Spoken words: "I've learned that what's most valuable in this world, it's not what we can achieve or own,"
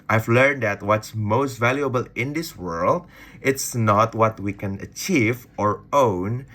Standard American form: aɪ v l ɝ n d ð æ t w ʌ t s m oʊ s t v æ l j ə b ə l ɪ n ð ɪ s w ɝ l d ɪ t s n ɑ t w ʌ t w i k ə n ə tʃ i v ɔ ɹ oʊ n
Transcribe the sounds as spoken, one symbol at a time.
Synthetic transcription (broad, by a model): aɪ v l ɝ n d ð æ t w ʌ t s m oʊ s t v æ l j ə b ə l ɪ n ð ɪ s w ɝ l d ɪ t s n ɑ t w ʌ t w i k ə n ə tʃ i v ɔ ɹ oʊ n